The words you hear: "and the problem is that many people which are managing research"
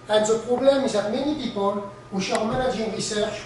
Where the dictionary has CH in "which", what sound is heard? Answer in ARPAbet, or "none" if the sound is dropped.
SH